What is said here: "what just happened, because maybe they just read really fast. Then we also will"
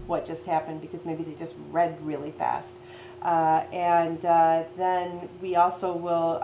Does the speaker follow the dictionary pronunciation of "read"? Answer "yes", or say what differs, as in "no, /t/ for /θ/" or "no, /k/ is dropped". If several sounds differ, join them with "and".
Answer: yes